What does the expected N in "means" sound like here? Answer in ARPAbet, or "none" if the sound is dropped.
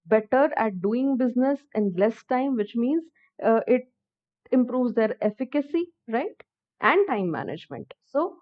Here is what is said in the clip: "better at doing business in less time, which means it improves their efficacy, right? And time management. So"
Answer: N